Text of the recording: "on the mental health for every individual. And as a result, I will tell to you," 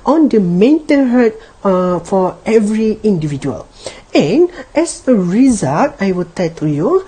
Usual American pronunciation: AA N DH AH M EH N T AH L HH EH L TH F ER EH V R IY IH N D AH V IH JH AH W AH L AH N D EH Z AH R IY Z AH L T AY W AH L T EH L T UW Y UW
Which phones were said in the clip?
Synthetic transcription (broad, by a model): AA N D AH M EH N T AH N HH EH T F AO EH V R IY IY N D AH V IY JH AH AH L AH N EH S AH R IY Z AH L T AY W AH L T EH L T UW Y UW